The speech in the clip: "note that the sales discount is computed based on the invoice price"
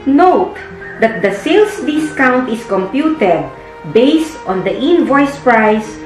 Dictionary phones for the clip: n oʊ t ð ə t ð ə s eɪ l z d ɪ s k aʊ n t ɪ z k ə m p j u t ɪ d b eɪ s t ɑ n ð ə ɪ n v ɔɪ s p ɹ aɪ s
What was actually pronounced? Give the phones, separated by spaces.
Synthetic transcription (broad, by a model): n oʊ t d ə t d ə s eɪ l s d ɪ s k aʊ n t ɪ s k ə m p j u t ɪ d b eɪ s t ɑ n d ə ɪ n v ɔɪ s p ɹ aɪ s